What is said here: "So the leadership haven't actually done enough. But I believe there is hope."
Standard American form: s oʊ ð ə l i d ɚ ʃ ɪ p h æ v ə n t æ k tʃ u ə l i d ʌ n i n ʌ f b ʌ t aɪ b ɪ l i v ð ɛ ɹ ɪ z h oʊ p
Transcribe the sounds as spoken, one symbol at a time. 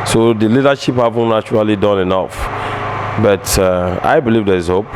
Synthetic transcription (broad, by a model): s oʊ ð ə l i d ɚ ʃ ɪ p h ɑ v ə n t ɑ tʃ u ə l i d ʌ n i n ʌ f b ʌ t aɪ b ɪ l i v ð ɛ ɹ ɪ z h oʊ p